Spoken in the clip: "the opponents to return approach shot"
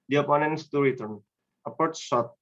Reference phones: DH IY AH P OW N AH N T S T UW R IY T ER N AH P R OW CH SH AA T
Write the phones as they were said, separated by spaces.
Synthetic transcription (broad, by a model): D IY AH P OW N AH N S T UW R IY T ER N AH P OW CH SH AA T